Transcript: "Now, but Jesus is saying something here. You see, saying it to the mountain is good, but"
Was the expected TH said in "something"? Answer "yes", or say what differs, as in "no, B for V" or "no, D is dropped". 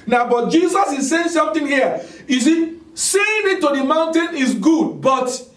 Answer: no, T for TH